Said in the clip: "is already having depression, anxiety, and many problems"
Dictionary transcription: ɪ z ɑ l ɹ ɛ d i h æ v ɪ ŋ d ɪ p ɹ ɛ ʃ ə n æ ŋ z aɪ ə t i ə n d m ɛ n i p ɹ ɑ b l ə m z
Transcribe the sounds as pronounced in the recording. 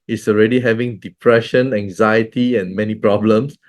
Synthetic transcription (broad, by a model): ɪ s ɑ l ɹ ɛ d i h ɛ v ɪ ŋ d ɪ p ɹ ɛ ʃ ə n æ ŋ z aɪ ə t i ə n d m ɛ n i p ɹ ɑ b l ə m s